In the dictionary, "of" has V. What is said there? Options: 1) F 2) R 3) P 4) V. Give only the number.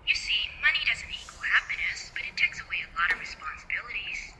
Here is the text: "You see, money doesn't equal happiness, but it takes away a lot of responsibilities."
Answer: 4